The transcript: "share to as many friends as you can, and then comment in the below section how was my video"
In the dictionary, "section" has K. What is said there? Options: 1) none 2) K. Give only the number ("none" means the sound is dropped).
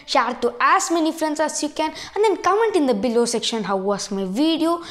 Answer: 2